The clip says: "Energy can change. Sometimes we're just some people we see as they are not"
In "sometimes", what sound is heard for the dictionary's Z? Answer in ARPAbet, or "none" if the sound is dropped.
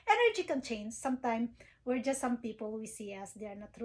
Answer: none